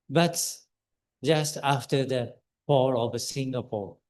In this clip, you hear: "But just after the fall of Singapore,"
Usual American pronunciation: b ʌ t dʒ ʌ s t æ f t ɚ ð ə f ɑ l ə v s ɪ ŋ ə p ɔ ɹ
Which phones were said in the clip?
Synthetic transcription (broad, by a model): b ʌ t dʒ ʌ s t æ f t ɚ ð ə p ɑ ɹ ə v s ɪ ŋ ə p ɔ ɹ